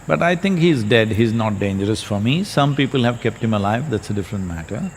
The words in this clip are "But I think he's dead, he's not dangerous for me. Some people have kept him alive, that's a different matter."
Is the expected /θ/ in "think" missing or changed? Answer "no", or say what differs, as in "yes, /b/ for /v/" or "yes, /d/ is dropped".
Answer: yes, /t/ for /θ/